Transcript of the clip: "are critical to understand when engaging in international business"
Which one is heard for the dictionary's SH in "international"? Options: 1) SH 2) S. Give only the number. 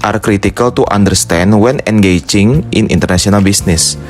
2